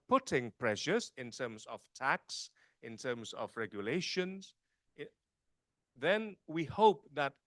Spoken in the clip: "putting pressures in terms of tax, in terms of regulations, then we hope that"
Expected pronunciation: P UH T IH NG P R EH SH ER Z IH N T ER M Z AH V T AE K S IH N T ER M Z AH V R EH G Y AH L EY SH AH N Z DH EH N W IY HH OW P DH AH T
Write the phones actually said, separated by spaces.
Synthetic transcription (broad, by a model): P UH T IH NG P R EH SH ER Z IH N T ER M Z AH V T AE K S IH N T ER M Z AH V R EH G Y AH L EY SH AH N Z DH EH N W IY HH OW P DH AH T